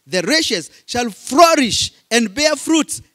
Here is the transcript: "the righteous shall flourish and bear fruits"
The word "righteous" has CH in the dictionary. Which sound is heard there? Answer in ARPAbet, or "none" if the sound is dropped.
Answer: SH